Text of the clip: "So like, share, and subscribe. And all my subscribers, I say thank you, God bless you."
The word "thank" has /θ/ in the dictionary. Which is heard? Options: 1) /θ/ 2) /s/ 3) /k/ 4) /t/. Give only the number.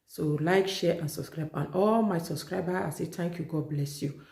4